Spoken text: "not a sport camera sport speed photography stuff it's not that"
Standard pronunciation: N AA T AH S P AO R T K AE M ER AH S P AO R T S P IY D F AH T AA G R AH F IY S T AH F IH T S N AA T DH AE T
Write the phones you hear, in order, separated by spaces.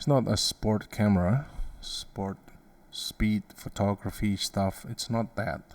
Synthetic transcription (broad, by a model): N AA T AH S P AO R T K AE M ER AH S P AO R T S P IY D F AH T AA G R AH F IY S T AH F IH T S N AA T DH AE T